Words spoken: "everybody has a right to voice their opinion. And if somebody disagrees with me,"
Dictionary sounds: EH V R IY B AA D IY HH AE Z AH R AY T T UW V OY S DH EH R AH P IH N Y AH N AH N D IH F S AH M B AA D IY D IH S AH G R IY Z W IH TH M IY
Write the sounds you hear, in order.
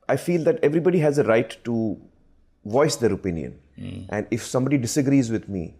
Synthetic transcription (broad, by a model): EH V R IY B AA D IY HH AE Z AH R AY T T UW V OY S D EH R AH P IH N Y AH N AH N D IH F S AH M B AA D IY D IH S AH G R IY Z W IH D M IY